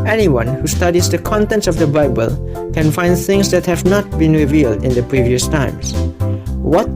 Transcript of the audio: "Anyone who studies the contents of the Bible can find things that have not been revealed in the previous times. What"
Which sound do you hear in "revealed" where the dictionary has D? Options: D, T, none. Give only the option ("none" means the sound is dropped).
D